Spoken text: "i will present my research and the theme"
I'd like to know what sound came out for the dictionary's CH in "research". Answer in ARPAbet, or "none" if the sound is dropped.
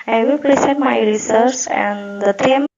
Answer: S